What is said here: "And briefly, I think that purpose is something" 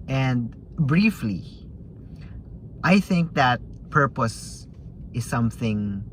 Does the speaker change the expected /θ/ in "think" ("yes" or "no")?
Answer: no